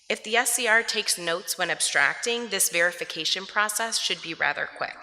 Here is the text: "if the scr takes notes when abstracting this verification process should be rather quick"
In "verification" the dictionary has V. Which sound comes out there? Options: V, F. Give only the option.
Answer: V